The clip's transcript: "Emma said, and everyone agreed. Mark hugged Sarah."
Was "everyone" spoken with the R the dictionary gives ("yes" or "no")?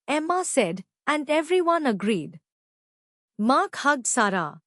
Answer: yes